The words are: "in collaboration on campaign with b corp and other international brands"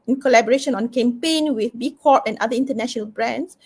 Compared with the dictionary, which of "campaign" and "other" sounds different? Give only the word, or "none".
other